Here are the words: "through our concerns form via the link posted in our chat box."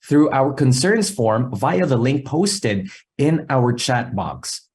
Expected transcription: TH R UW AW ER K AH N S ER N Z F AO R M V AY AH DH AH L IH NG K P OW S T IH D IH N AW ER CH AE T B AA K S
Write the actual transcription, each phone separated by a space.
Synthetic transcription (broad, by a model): TH R UW AW ER K AH N S ER N Z F AO R M V AY AH DH AH L IH NG K P OW S T IH D IH N AW ER CH AE T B AA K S